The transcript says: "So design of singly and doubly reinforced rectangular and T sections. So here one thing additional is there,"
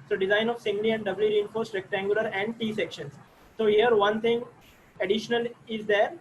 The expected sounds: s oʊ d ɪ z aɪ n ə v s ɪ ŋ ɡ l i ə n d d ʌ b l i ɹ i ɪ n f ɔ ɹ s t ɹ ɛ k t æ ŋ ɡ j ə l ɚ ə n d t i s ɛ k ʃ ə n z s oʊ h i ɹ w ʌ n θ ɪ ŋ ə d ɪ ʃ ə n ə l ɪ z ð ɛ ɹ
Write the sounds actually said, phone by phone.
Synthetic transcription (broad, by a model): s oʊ d ɪ z aɪ n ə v s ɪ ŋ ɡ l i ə n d d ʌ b l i ɹ i ɪ n f ɔ ɹ s t ɹ ɛ k t æ ŋ ɡ j ə l ɚ ə n d t i s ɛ k ʃ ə n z s oʊ h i ɹ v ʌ n t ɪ ŋ ə d ɪ ʃ ə n ə l ɪ z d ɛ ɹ